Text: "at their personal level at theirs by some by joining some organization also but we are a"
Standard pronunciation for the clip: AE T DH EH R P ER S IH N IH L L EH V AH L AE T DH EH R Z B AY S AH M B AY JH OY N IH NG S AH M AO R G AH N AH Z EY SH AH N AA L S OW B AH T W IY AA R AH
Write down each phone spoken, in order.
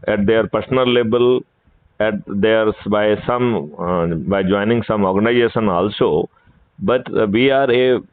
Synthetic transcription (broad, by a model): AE T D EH R P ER S N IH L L EH B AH L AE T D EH R S B AY S AH M B AY JH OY N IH NG S AH M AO R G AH N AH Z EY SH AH N AA L S OW B AH T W IY AA R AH